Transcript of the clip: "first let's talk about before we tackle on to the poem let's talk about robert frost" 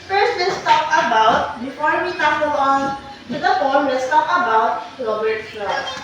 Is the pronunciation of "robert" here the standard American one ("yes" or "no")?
no